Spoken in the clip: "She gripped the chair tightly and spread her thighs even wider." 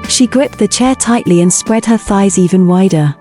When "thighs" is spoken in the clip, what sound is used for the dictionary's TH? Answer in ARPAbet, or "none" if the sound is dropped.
TH